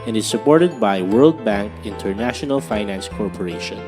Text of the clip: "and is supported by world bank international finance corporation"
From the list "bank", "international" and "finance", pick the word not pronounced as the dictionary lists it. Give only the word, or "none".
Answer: none